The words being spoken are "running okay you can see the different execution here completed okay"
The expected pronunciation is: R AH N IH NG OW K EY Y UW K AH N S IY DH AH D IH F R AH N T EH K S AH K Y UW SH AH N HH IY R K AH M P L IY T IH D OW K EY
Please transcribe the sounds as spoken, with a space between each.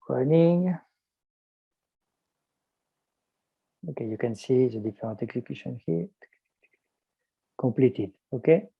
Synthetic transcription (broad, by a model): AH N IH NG OW K EY Y UW K AH N S IY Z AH D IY F R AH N T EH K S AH K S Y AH N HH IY K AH P L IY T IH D OW K EY